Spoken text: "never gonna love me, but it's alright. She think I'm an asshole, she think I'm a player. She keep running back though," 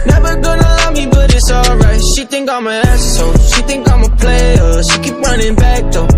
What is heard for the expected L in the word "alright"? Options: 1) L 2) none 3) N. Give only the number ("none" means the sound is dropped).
1